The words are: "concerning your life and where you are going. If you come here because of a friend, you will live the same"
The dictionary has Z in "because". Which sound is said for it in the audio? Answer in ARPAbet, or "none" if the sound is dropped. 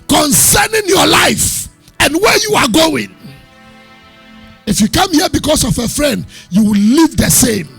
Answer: S